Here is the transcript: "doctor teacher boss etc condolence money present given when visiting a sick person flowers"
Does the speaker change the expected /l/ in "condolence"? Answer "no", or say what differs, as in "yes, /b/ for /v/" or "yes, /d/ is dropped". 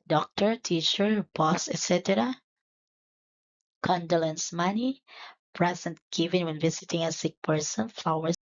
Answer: no